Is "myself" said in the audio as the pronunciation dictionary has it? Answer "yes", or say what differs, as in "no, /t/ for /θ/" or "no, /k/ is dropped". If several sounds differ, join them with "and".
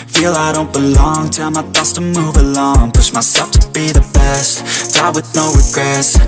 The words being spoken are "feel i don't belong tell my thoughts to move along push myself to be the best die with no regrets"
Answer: no, /l/ is dropped